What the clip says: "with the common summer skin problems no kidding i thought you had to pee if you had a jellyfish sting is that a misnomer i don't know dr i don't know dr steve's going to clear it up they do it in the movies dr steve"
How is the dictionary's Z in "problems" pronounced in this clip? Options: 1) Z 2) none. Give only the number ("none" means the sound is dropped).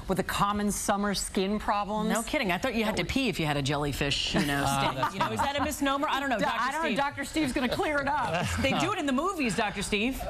2